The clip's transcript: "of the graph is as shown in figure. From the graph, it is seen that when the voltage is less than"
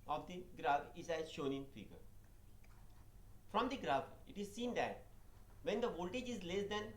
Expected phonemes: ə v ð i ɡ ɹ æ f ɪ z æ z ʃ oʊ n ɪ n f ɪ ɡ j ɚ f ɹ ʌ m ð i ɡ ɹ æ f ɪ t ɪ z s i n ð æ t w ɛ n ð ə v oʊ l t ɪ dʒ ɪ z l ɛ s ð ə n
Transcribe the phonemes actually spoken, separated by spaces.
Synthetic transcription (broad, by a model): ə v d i ɡ ɹ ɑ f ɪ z æ z ʃ oʊ n ɪ n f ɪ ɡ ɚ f ɹ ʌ m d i ɡ ɹ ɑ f ɪ t ɪ z s i n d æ t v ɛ n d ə v oʊ l t ɪ dʒ ɪ z l ɛ s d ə n